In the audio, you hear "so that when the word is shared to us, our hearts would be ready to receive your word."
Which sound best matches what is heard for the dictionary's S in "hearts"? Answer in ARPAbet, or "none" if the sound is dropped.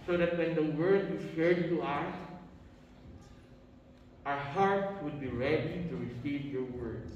none